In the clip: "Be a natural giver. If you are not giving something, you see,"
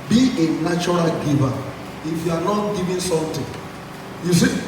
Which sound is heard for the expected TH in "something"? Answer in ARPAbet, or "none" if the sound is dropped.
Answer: T